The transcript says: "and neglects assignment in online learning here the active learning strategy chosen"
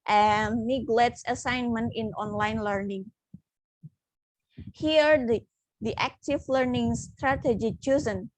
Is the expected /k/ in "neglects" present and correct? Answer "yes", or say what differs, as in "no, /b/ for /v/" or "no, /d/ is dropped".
no, /k/ is dropped